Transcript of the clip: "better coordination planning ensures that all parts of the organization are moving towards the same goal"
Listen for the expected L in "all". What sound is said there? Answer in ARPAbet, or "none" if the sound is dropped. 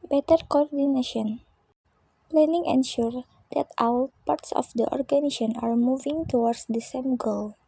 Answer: W